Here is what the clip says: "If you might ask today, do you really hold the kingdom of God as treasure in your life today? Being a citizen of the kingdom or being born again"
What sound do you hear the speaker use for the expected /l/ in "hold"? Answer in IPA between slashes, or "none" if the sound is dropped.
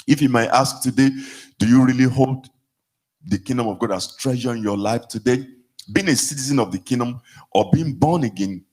/l/